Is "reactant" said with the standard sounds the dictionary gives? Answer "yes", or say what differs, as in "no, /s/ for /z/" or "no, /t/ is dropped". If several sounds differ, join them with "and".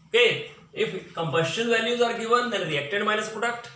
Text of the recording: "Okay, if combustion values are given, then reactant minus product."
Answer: no, /n/ is dropped